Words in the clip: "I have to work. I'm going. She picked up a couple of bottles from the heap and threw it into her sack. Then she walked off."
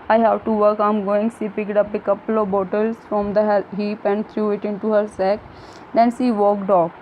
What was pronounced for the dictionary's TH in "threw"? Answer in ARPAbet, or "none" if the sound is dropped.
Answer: T